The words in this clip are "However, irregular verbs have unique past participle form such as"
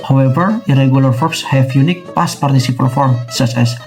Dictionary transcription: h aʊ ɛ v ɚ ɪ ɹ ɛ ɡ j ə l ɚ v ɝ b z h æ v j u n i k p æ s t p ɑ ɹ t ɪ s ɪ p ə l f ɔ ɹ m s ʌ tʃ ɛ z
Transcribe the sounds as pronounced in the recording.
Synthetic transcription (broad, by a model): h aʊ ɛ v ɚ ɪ ɹ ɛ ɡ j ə l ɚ f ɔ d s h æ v j u n i k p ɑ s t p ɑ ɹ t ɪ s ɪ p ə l f ɔ ɹ m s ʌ s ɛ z